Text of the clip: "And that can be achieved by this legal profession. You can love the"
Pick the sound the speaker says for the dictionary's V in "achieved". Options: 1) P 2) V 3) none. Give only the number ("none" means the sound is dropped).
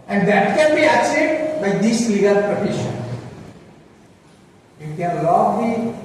3